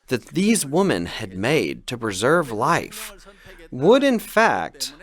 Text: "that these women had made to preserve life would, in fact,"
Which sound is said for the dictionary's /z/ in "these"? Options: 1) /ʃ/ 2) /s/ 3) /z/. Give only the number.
3